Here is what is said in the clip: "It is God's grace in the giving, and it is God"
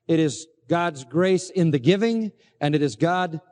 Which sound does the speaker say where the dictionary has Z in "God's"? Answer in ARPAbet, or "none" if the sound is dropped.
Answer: Z